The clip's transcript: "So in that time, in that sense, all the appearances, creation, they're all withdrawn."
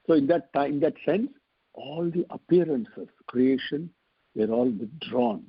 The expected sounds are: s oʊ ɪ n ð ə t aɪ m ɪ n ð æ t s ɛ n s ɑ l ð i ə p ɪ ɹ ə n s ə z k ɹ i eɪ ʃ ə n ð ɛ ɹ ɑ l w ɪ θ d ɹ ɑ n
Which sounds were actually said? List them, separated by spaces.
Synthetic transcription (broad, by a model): s oʊ ɪ n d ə t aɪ ɪ n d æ t s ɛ n s ɑ l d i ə p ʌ ɹ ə n s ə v k ɹ i eɪ ʃ ə n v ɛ ɹ ɑ l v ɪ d ɹ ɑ n